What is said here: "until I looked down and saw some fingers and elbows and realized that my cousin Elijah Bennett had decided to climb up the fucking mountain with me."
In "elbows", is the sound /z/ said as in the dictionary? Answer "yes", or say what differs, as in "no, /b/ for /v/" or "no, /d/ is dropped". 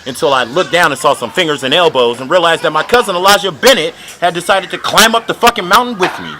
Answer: yes